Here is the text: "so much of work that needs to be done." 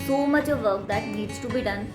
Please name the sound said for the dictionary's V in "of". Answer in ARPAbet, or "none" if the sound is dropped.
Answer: V